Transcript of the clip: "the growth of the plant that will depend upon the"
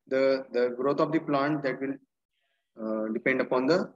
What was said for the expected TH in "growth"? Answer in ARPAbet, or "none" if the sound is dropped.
T